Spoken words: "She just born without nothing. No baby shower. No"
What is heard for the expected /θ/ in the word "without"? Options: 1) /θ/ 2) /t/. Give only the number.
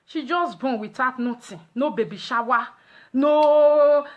2